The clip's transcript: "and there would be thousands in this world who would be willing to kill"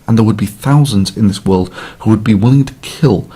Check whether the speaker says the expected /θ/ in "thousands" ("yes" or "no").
yes